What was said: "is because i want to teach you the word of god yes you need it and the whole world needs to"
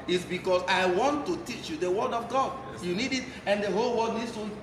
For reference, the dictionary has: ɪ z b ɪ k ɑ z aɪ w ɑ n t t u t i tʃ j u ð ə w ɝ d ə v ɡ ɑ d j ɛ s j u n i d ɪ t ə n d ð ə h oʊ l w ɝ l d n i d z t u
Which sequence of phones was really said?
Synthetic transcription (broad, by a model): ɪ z b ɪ k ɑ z aɪ w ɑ n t t u t i tʃ j u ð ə w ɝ d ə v ɡ ɑ d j j u n i d ɪ t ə n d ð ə h oʊ l w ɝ d n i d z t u